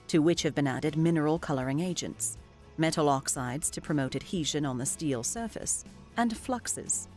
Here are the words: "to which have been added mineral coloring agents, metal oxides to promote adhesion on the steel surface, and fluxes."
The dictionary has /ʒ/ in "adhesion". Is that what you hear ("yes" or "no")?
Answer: yes